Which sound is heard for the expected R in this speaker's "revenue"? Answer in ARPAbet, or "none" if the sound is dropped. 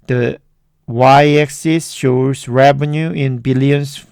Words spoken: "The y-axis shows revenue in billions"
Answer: R